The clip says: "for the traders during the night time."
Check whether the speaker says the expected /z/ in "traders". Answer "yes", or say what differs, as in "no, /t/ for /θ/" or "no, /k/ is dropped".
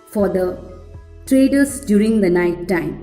no, /s/ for /z/